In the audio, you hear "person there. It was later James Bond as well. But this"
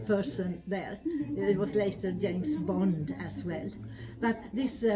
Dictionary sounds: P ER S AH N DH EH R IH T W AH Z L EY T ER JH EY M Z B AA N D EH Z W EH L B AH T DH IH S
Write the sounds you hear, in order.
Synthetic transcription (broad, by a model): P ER S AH N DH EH R IH T W AH Z L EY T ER JH EY M Z B AA N D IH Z W EH L B AH T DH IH S